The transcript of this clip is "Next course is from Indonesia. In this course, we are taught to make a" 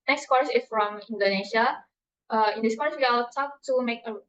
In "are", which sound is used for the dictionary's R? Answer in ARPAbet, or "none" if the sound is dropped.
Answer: L